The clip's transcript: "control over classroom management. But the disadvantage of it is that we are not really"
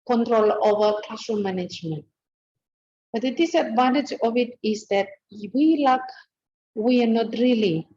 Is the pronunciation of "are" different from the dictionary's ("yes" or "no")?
yes